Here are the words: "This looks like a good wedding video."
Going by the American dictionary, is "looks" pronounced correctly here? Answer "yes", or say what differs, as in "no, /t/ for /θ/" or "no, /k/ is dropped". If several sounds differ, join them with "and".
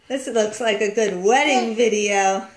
yes